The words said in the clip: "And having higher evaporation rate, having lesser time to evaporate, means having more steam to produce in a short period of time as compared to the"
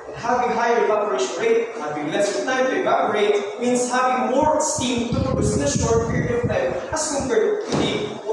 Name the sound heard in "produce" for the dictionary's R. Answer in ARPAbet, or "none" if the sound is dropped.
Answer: none